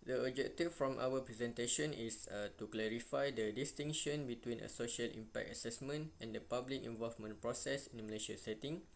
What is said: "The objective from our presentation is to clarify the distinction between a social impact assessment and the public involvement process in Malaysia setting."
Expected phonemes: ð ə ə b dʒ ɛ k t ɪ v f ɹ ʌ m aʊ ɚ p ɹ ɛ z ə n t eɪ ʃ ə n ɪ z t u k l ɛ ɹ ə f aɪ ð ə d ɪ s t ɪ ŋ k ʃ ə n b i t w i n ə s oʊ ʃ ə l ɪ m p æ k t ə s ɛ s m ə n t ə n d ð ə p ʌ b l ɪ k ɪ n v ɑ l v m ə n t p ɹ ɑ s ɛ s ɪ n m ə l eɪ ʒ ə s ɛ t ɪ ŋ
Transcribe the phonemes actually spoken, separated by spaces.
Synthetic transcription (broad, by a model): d ə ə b dʒ ɛ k t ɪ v f ɹ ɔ m aʊ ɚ p ɹ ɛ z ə n t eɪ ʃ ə n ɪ s t u k l ɛ ɹ ə f aɪ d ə d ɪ s t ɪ ŋ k ʃ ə n b i t w i n ə s oʊ ʃ ə l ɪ m p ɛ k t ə s ɛ s m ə n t ə n d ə p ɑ b l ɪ k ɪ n v ɑ l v m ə n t p ɹ ɑ s ɛ s ɪ n m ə l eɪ ʃ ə s ɛ t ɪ ŋ